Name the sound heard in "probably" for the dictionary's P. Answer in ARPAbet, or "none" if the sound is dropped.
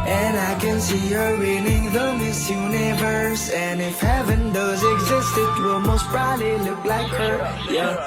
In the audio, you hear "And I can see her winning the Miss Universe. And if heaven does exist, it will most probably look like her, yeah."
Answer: B